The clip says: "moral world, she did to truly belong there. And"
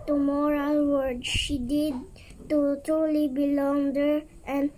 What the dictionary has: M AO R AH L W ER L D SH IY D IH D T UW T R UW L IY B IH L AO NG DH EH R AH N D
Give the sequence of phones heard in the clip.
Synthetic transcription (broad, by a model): M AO R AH L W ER D SH IY D IH D T UW T R UW L IY B IH L AO NG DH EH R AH N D